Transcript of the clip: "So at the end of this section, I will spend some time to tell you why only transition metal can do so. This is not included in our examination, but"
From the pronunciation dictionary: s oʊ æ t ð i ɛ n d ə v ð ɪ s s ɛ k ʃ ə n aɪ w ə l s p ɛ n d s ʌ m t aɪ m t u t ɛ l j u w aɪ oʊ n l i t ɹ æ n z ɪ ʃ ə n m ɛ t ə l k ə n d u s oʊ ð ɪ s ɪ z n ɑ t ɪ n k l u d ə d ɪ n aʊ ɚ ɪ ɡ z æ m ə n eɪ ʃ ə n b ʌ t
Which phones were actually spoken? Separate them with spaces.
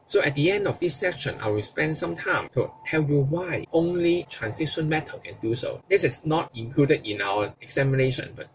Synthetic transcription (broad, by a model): s oʊ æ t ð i ɛ n d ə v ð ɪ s s ɛ k ʃ ə n aɪ w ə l s p ɛ n d s ʌ m t aɪ m t u t ɛ l j u w aɪ oʊ n l i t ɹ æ n s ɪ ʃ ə n m ɛ t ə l k ə n d u s oʊ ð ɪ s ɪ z n ɑ t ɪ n k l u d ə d ɪ n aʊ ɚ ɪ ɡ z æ m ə n eɪ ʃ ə n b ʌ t